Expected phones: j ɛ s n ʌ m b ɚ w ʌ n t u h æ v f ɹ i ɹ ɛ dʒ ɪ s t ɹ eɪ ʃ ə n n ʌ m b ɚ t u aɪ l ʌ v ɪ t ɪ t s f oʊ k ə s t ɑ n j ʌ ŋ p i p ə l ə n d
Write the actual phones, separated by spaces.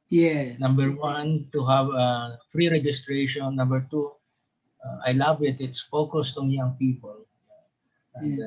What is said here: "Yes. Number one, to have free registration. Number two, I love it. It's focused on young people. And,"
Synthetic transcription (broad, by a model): j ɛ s n ʌ m b ɚ w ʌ n t u h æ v f ɹ i ɹ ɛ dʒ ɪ s t ɹ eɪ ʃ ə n n ʌ m b ɚ t u aɪ l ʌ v ɪ t ɪ t s f oʊ k ə s t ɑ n j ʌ ŋ p i p ə l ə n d